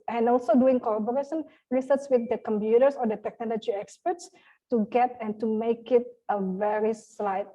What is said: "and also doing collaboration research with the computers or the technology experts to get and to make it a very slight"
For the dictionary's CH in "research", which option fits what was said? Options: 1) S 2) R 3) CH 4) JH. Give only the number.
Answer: 1